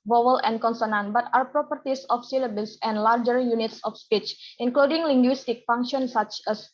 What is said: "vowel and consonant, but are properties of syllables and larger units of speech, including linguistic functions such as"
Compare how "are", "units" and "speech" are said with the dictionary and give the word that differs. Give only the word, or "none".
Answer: none